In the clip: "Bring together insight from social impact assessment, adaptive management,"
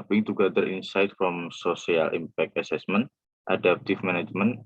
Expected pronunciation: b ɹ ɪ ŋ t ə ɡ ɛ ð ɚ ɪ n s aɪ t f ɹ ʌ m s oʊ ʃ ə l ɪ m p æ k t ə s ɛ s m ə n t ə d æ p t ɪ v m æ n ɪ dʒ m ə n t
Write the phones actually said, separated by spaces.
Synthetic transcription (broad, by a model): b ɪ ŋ t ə ɡ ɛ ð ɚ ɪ n s aɪ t f ɹ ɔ m s oʊ s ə l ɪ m p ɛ k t ə s ɛ s m ə n t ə d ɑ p t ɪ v m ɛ n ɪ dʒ m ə n